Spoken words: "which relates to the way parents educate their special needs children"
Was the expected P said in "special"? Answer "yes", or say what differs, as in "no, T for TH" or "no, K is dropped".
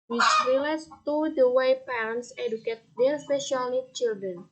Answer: no, P is dropped